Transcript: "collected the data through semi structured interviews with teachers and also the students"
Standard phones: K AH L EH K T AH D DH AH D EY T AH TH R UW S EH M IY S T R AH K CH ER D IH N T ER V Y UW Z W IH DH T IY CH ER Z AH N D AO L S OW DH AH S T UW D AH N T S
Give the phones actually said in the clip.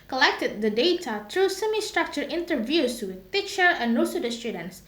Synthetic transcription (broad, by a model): K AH L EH K T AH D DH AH D EY T AH T R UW S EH M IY S T R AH K CH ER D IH N T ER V Y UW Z W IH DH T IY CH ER AH N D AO S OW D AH S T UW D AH N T S